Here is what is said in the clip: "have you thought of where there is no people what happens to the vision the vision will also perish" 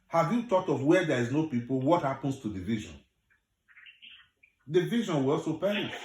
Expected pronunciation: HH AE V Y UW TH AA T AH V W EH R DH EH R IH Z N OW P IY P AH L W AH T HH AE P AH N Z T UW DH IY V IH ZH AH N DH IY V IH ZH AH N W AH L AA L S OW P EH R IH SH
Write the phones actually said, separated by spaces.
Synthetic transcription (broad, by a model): HH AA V Y UW T AA T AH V W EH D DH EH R IH Z N OW P IY P AH L W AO T HH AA P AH N S T UW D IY V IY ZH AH N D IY V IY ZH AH N W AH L AA L S OW P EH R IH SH